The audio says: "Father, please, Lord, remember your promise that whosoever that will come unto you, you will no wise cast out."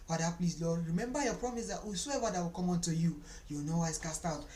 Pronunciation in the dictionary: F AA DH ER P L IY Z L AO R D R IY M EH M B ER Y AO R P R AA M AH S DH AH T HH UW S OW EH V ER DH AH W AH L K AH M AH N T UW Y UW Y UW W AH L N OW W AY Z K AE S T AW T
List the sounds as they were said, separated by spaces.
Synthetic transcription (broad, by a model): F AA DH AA P L IY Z L AO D R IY M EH M B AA Y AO P R AA M AH S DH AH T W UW S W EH W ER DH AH W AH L K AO M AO N T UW Y UW Y UW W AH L N OW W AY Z K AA S T AW T